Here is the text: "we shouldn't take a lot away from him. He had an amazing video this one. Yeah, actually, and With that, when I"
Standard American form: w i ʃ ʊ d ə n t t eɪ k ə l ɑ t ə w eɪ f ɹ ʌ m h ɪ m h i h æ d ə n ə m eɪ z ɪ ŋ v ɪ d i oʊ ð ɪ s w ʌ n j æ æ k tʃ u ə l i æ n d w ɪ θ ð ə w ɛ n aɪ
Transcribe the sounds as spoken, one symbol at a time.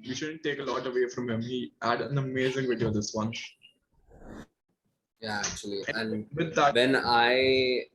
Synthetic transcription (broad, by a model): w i ʃ ʊ d ə n t t eɪ k ə l ɑ t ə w eɪ f ɹ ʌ m h ɪ m h i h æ d ə n ə m eɪ z ɪ ŋ v ɪ d i oʊ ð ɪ s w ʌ n j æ æ k tʃ u ə l i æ n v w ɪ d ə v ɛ n aɪ